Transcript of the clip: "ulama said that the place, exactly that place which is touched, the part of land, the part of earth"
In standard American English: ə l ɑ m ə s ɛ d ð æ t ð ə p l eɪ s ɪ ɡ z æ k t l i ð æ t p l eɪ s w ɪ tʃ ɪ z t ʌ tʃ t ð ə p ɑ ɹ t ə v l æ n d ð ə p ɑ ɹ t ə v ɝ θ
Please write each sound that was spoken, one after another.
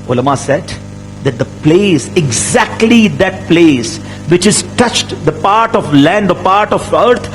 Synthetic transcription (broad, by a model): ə l m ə s ɛ d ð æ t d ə p l eɪ s ɪ ɡ z æ k t l i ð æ t p l eɪ s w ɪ tʃ ɪ z t ʌ tʃ t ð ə p ɑ ɹ t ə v l æ n d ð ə p ɑ ɹ t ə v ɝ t